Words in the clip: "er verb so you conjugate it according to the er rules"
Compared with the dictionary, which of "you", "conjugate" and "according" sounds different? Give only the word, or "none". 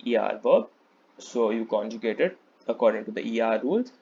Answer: none